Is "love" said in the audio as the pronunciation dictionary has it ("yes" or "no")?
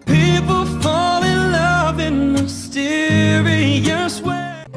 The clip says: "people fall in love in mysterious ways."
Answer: yes